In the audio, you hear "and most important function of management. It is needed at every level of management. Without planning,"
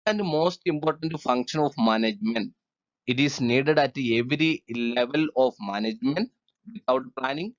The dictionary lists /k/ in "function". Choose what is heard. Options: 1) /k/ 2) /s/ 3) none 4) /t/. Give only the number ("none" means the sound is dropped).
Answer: 1